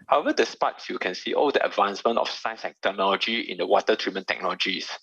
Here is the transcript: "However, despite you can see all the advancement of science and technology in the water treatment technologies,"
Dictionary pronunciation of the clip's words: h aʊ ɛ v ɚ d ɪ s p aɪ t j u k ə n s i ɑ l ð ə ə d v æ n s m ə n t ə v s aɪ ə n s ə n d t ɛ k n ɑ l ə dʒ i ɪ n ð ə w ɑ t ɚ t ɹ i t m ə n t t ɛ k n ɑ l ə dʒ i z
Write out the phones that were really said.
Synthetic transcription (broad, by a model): h aʊ ɛ v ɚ d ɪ s p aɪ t j u k ə n s i ɑ l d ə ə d v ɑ n s m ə n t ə f s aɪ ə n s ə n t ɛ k n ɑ l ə dʒ i ɪ n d ə w ɑ t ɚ t ɹ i m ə n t t ɛ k n ɑ l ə dʒ i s